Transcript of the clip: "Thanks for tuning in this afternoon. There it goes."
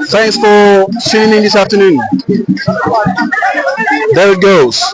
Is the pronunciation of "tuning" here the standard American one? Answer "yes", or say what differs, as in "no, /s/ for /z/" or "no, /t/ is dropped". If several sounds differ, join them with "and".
no, /s/ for /t/